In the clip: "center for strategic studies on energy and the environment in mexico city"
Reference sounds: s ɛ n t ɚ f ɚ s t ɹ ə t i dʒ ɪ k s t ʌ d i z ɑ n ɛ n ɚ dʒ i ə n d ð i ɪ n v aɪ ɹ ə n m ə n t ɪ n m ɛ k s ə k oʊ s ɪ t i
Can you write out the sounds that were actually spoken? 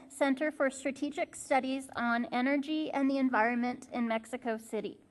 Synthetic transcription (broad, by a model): s ɛ n t ɚ f ɚ s t ɹ ə t i dʒ ɪ k s t ʌ d i z n ɛ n ɚ dʒ i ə n ð i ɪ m v aɪ ɹ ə n m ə n t ɪ n m ɛ k s ə k oʊ s ɪ t i